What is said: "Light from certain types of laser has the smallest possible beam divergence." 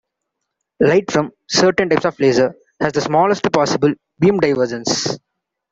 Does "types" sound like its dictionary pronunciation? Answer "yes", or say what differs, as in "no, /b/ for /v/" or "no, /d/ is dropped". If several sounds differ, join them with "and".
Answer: yes